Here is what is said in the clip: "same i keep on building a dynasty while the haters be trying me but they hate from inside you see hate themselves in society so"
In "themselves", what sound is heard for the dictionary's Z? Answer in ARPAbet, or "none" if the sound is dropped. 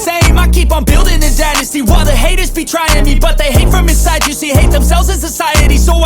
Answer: Z